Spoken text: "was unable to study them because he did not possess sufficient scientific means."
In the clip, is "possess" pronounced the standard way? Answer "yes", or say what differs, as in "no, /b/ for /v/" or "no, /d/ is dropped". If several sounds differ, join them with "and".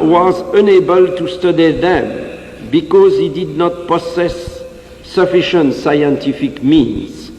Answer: no, /s/ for /z/